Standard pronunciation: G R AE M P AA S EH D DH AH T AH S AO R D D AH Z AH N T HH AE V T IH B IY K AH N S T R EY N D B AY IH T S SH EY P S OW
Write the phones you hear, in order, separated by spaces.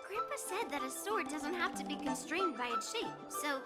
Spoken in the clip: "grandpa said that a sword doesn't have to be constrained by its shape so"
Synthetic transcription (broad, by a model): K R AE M P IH S EH D DH AH T AH S AO R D D AH Z AH N T HH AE F T IH B IY K AH N S T R EY N D B AY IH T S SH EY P S OW